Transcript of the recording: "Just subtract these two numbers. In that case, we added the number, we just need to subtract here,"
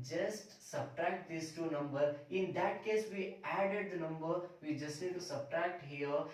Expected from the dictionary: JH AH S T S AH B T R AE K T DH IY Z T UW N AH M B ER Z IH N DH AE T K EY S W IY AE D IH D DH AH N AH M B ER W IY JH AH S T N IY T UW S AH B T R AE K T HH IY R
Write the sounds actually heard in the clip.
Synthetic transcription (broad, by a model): JH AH S T S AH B T R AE K T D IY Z T UW N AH M B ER IH N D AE T K EY S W IY AE D IH D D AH N AH M B ER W IY JH AH S T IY T UW S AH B T R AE K T HH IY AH